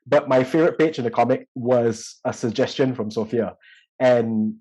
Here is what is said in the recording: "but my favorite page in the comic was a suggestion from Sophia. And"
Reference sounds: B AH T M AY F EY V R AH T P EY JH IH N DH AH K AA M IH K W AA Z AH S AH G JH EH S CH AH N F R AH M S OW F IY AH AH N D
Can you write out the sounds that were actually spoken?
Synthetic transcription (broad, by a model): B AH T M AY F EY V R AH T P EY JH IH N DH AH K AA M IH K W AA Z AH S AH G JH EH S CH AH N F R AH M S OW F IY AH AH N